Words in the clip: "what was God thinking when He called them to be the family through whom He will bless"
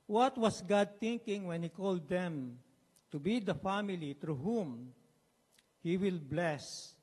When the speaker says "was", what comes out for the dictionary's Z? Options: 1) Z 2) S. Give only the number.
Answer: 2